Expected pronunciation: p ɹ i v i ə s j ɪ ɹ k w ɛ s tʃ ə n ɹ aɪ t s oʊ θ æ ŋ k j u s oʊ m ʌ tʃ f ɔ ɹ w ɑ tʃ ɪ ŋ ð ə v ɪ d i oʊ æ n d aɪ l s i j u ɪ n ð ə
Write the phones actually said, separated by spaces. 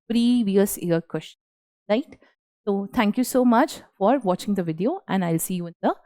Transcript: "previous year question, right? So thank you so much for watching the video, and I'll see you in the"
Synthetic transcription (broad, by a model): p ɹ i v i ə s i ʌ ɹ k w ɛ s tʃ ə n ɹ aɪ t s oʊ t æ ŋ k j u s oʊ m ʌ tʃ f ɔ ɹ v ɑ tʃ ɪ ŋ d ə v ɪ d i oʊ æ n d aɪ l s i j u ɪ n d ə